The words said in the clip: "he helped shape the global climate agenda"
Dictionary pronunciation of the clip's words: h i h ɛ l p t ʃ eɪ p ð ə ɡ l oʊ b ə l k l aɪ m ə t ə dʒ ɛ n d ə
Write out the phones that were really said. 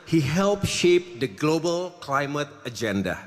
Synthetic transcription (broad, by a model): h i h ɛ l p ʃ eɪ p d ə ɡ l oʊ b ə l k l aɪ m ə t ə dʒ ɛ n d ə